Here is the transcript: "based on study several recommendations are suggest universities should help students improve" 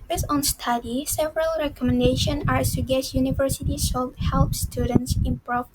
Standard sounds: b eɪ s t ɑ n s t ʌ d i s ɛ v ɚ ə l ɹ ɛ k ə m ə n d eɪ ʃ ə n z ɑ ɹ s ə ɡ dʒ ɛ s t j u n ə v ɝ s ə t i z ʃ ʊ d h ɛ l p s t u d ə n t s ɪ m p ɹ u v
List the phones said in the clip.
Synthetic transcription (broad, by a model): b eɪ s ɑ n s t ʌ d i s ɛ v ɚ ə l ɹ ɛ k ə m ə n d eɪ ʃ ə n ɑ ɹ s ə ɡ ɛ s j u n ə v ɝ s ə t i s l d h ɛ l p s t u d ə n t s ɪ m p ɹ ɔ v